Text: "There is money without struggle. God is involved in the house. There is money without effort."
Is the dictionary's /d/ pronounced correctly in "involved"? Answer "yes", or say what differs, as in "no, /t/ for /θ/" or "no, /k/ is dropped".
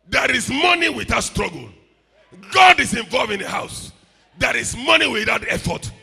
no, /d/ is dropped